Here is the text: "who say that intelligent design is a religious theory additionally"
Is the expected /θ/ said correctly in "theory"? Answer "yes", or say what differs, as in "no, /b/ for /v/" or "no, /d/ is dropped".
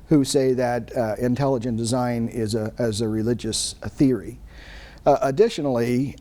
yes